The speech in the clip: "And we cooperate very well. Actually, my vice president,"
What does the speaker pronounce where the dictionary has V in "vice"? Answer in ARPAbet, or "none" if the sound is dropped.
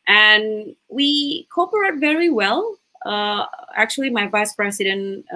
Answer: V